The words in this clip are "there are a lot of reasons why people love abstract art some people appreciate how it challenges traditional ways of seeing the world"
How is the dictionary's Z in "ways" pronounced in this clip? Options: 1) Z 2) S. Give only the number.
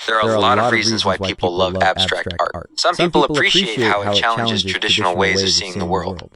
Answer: 1